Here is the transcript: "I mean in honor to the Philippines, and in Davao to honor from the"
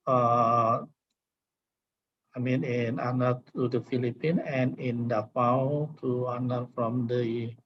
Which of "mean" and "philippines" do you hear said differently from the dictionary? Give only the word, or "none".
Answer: philippines